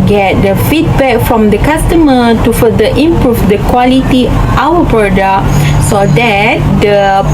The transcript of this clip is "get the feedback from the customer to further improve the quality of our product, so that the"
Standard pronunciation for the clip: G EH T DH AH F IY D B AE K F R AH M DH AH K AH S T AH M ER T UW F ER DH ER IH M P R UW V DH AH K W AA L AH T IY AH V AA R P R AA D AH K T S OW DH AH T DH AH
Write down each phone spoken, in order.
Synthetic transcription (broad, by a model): G EH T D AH F IY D B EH K F R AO M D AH K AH S T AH M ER T UW F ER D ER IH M P R UW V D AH K W AA L AH T IY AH W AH P R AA D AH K S OW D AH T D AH